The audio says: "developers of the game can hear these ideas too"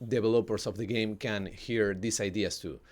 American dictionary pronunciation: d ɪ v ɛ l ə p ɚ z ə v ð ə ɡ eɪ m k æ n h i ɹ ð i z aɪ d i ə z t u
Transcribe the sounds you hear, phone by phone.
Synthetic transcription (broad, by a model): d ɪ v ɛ l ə p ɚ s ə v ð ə ɡ eɪ m k æ n h i ɹ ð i s aɪ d i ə s t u